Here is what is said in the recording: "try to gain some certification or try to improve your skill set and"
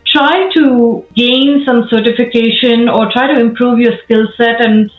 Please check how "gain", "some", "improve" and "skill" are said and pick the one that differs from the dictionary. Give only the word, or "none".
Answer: none